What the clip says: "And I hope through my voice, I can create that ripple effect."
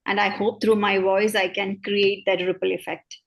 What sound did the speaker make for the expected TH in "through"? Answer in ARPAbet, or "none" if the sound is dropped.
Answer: T